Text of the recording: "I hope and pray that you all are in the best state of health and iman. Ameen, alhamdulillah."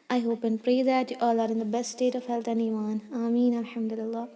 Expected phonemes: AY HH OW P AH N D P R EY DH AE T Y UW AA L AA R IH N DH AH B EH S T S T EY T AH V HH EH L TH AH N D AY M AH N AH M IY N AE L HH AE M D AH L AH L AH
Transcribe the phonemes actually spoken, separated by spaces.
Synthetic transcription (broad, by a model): AY HH OW P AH N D P R EY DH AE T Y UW AA L AA R IH N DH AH B EH S T S T EY T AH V HH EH L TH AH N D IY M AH N AH M IY N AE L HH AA M D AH L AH L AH